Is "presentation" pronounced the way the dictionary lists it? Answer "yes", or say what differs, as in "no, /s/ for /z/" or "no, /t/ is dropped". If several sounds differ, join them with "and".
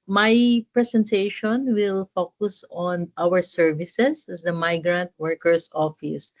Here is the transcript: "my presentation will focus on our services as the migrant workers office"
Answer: no, /s/ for /z/